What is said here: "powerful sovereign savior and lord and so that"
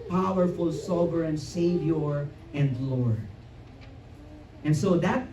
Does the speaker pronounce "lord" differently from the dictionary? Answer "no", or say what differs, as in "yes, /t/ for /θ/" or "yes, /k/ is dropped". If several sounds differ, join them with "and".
yes, /d/ is dropped